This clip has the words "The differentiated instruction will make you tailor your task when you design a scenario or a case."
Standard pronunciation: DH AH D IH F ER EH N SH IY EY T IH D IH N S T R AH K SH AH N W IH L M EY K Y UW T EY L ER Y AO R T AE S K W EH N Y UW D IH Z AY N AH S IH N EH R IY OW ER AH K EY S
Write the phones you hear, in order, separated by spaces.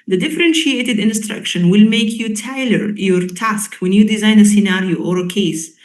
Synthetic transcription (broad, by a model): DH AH D IH F ER EH N SH IY EY T IH D IH N S T R AH K SH AH N W IH L M EY K Y UW T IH L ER Y AO R T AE S K W EH N Y UW D IH Z AY N AH S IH N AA R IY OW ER AH K EY S